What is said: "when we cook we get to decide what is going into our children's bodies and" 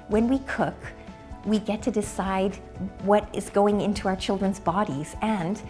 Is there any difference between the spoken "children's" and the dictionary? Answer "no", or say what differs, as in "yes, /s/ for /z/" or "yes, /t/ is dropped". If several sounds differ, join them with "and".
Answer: no